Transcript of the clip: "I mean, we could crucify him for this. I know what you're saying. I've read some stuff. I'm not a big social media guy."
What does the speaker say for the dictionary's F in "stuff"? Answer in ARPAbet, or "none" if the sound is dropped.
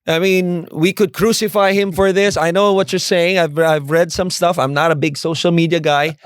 F